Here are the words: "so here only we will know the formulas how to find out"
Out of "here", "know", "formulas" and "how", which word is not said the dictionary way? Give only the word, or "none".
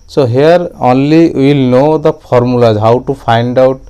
formulas